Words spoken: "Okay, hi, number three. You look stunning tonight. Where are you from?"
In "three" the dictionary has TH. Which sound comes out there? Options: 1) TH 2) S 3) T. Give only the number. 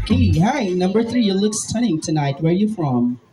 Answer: 1